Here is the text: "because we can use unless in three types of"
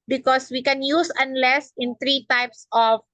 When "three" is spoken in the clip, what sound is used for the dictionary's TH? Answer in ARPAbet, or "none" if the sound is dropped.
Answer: T